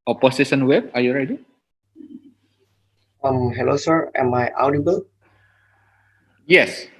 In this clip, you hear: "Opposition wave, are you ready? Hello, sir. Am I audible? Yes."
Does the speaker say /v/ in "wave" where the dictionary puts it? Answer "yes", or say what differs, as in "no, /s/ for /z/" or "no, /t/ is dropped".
no, /b/ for /v/